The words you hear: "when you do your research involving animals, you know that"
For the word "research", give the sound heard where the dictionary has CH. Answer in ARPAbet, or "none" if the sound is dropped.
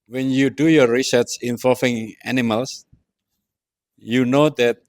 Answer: S